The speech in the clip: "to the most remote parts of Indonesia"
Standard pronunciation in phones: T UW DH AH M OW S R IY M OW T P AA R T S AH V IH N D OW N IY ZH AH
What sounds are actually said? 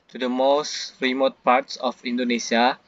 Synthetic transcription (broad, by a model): T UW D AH M OW S R IY M OW T P AA R T S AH F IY N D OW N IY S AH